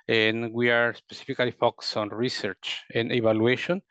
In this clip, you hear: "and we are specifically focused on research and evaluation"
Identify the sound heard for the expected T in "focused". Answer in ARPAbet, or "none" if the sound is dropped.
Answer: none